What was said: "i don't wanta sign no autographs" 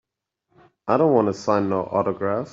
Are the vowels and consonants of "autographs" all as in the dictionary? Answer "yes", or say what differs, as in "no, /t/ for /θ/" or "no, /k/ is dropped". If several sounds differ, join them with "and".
no, /s/ is dropped